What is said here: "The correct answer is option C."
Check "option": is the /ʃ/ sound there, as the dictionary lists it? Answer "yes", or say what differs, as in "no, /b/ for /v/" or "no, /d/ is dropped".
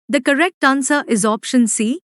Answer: yes